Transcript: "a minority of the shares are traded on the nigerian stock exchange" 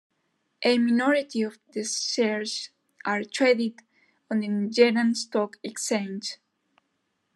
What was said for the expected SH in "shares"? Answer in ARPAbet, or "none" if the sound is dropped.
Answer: S